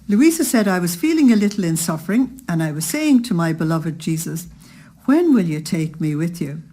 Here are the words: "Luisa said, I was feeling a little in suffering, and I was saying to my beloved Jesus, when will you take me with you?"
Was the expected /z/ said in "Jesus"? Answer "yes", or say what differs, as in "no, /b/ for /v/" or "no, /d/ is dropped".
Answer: yes